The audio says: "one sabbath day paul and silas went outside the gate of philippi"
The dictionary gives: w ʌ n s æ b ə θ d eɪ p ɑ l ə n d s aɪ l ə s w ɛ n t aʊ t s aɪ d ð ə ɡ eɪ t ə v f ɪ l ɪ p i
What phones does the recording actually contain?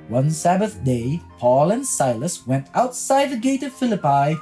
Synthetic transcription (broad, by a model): w ʌ n s æ b ə θ d eɪ p ɑ l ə n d s aɪ l ə s w ɛ n t aʊ t s aɪ d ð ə ɡ eɪ t ə v f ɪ l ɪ p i